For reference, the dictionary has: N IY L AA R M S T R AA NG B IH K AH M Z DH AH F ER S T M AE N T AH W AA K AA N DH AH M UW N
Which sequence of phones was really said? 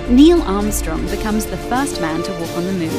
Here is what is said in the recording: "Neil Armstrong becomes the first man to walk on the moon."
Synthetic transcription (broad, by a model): N IY L AA R M S T R AA NG B IH K AH M Z DH AH F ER S T M AE N T AH W AA K N DH AH M UW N